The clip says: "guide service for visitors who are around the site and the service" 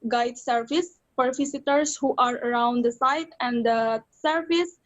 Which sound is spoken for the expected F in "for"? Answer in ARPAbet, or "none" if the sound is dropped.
P